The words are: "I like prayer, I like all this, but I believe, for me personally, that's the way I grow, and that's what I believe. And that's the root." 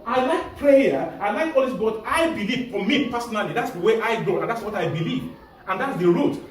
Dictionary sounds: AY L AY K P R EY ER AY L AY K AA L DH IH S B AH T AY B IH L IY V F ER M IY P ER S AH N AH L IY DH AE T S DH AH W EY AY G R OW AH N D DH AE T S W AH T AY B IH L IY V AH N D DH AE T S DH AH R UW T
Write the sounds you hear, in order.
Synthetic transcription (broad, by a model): AY L AY K P R EY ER AY L AY K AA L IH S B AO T AY B IH L IY V F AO M IY P ER S AH N AH L IY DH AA T S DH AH W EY AY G OW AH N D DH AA T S W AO T AY B IH L IY V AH N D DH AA T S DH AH R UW T